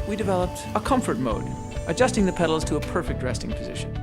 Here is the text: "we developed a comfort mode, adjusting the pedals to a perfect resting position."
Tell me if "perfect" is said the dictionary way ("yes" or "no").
yes